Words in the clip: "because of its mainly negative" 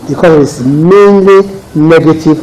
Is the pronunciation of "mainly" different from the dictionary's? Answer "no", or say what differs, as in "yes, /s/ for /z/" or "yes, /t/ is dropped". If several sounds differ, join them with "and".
no